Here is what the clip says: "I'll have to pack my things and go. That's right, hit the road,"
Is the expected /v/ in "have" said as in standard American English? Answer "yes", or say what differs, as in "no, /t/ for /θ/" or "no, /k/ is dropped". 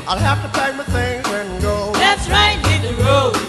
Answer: no, /f/ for /v/